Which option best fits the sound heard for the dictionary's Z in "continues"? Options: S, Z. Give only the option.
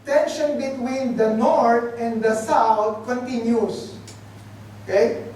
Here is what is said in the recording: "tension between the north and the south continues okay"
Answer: S